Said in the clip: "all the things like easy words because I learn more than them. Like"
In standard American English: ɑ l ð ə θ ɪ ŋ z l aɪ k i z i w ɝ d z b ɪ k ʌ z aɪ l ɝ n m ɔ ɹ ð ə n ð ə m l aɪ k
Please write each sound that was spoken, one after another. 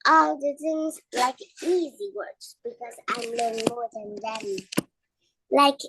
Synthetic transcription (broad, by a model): ɑ l ð ə θ ɪ ŋ z l aɪ k i z i w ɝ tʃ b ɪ k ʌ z aɪ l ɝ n m ɔ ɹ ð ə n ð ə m l aɪ k